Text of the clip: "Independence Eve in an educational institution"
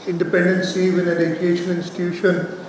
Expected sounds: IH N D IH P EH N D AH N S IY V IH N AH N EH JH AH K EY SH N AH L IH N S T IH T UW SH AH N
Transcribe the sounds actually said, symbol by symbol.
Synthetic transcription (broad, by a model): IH N D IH P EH N D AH N S IY V IH N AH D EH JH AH EY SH AH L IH N S T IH T UW SH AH N